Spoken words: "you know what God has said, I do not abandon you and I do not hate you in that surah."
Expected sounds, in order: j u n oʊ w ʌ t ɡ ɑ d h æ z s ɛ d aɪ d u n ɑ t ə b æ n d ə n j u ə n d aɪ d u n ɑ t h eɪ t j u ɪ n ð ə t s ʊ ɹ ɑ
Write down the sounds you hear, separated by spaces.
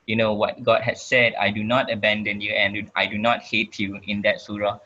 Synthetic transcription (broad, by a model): j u n oʊ w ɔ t ɡ ɑ d h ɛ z s ɛ d aɪ d u n ɑ t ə b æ n d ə n j u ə n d aɪ d u n ɑ t h eɪ t j u ɪ n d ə t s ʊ ɹ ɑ